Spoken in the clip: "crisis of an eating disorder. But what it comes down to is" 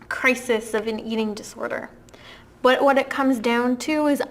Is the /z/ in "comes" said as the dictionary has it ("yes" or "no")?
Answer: yes